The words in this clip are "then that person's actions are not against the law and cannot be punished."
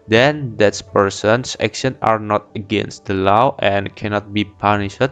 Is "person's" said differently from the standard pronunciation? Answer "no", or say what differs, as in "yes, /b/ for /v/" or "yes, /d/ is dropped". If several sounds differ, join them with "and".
yes, /s/ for /z/